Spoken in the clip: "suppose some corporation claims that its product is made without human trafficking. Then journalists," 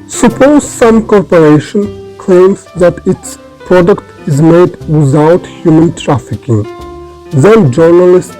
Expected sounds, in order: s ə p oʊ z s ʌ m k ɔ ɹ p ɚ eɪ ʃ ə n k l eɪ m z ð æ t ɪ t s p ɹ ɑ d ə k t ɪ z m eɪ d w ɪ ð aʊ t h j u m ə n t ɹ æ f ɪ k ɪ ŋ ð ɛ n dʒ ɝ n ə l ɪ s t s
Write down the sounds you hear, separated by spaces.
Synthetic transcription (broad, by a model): s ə p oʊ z s ʌ m k ɔ ɹ p ɚ eɪ ʃ ə n k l eɪ m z ð æ t ɪ t s p ɹ ɑ d ə k t ɪ z m eɪ d w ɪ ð aʊ t h j u m ə n t ɹ æ f ɪ k ɪ ŋ ð ɛ n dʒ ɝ n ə l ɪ s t